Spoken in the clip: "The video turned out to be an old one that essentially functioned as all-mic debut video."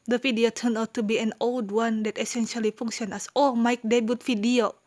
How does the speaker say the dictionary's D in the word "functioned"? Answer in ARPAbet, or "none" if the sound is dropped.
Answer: none